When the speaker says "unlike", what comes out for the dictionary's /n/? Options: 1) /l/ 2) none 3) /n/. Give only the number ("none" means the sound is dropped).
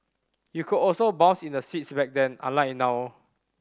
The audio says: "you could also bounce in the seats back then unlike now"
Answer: 2